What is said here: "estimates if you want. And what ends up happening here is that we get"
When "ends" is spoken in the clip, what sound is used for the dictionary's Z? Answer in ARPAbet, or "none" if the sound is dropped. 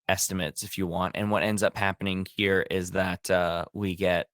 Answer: Z